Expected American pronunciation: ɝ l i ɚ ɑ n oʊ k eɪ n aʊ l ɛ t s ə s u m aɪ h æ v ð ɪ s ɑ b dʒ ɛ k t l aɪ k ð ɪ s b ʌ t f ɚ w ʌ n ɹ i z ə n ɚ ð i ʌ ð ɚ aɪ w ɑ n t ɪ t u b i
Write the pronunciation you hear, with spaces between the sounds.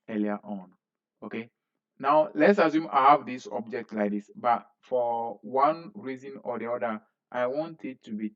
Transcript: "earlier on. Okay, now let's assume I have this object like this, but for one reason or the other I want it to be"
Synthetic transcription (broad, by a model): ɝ l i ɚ ɑ n oʊ k eɪ n aʊ l ɛ t s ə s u m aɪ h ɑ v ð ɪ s ɑ b dʒ ɛ k t l aɪ k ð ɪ s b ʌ t f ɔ w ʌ n ɹ i z ə n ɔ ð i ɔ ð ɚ aɪ w ɑ n t ɪ t u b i